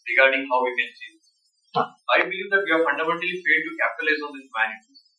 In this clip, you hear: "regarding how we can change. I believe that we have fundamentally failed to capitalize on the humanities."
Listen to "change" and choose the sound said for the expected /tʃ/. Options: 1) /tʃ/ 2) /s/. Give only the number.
2